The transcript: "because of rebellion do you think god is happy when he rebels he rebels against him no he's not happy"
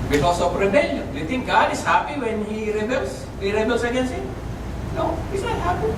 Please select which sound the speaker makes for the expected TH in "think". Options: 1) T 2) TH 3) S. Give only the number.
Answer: 1